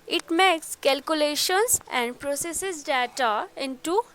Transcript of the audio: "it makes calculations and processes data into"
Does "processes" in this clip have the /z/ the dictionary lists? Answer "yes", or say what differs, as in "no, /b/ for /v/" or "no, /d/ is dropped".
no, /s/ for /z/